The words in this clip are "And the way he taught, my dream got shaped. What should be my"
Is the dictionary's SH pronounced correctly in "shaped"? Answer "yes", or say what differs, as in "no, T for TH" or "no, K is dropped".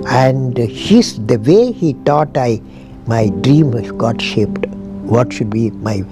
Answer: yes